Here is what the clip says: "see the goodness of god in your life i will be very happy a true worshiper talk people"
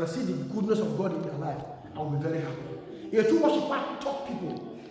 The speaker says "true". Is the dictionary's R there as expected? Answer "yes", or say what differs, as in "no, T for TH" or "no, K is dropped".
no, R is dropped